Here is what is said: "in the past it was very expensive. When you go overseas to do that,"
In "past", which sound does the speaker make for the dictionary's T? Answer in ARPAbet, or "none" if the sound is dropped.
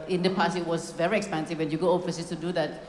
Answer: none